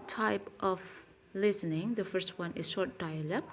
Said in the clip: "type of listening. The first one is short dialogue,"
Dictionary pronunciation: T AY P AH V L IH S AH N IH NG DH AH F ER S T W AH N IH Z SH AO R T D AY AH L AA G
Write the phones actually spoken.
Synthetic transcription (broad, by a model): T AY P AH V L IH S AH N IH NG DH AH F ER S T W AH N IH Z SH AO R T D AY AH L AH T